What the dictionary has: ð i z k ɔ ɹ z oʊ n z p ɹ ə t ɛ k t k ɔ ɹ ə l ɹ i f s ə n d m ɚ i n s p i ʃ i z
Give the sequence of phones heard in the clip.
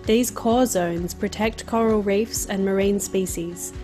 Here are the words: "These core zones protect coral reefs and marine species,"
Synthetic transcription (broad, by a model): ð i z k ɔ z oʊ n z p ɹ ə t ɛ k t k ɔ ɹ ə l ɹ i f s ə n m ɚ i n s p i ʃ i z